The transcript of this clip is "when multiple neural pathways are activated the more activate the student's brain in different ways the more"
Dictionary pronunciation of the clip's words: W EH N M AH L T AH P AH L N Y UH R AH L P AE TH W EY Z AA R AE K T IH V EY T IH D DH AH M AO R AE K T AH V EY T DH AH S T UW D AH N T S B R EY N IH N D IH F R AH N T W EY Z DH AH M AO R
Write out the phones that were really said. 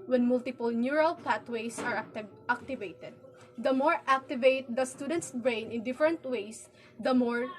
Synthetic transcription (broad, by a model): W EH N M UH L T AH P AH L N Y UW R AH L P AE T W EY S AA R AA K T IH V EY T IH D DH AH M AO R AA K T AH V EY T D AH S T UW D AH N T S B R EY N IH N D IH F R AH N T W EY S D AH M AO R